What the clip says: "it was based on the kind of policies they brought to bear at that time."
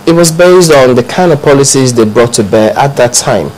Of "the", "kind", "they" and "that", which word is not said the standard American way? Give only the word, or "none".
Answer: kind